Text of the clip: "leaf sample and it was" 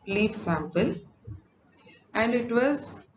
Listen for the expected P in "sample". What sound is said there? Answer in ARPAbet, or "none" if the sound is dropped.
P